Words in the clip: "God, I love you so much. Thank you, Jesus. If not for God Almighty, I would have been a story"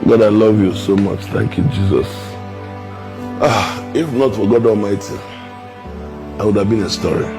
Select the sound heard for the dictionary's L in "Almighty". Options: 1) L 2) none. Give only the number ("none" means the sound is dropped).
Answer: 1